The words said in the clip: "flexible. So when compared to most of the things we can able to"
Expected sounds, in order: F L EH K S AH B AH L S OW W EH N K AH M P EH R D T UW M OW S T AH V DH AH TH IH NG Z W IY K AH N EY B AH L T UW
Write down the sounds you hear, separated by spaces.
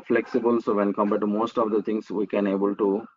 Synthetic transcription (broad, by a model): F L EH K S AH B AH L S OW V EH N K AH M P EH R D T UW M OW S T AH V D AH T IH NG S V IY K AH N EY B AH L T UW